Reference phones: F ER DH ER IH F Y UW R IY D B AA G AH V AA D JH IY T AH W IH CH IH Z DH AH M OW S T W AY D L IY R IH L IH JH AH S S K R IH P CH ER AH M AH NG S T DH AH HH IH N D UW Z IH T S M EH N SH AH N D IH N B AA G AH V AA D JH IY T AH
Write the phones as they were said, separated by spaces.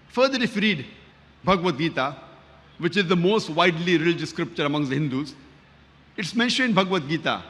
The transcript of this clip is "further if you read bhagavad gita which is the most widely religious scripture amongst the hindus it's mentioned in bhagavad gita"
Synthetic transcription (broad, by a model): F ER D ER IH F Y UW R IY D B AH G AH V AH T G IY T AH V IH CH IH Z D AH M OW S T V AY D L IY R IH L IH JH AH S S K R IH P CH ER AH M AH NG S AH HH IH N D UW Z IH T S M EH N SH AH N IH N B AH G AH V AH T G IY T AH